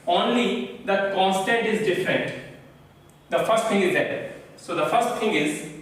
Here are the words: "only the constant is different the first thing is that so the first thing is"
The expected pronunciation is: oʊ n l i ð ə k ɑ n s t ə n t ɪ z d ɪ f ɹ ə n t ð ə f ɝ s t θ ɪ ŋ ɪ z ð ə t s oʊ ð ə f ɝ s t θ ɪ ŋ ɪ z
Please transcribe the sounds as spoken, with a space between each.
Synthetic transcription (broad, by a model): oʊ n l i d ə k ɑ n s t ə n t ɪ z d ɪ f ɹ ə n t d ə f ɝ s t t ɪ ŋ ɪ z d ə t s oʊ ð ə f ɝ s t t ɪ ŋ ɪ z